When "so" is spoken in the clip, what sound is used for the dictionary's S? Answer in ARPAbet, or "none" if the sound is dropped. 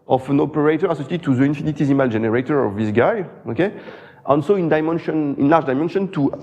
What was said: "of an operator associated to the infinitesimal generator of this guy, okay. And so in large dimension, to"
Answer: SH